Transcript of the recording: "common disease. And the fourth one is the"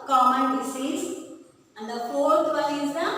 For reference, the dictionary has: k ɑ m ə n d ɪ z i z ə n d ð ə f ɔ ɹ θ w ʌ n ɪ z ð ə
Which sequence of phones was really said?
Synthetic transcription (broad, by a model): k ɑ m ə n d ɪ s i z ə n d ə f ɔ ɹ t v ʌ l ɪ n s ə